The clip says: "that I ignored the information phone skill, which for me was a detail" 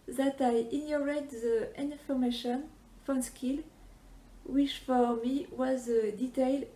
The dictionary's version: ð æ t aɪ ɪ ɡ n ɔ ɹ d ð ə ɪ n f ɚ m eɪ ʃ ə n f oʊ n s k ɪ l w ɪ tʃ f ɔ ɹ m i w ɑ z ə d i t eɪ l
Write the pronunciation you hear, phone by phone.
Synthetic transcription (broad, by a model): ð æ t aɪ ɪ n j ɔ ɹ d ð ə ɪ n f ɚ m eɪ ʃ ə n f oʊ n s k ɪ l w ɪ tʃ f ɔ ɹ m i w ɑ z ə d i t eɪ l